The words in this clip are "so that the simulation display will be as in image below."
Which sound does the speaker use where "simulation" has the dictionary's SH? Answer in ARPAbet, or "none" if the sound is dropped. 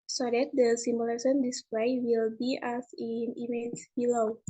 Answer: S